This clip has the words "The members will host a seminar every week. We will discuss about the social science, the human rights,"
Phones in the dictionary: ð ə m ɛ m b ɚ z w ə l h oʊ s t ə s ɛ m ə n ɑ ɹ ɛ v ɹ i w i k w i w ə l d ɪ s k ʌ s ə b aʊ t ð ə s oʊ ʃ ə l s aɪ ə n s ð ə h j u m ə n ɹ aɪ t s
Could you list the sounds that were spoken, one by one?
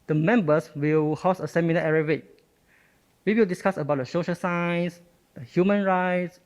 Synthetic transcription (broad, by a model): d ə m ɛ m b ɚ s w ə l h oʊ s ə s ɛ m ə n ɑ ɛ ɹ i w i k w i w ə l d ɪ s k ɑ s ə b aʊ t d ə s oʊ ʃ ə s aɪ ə n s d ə h j u m ə n ɹ aɪ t s